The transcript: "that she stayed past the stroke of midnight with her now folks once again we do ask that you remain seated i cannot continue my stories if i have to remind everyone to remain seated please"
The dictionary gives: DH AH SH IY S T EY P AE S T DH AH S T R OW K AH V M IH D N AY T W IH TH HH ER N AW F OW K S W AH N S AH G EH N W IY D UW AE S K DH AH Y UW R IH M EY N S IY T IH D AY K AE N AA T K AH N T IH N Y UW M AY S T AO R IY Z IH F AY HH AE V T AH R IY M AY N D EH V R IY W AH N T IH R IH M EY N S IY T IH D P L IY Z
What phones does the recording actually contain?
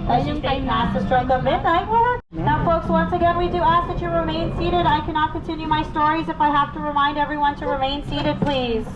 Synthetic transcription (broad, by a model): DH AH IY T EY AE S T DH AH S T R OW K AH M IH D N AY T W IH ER N AW F OW K S W AH N S AH G EH N W IY D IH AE S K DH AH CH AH R IH M EY N S IY T IH D AY K AE N AA T K AH N T IH N Y UW M AY S T AO R IY Z IH F AY HH AE F T AH R IY M AY N D EH V R IY W AH N T IH R IH M EY N S IY T IH D P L IY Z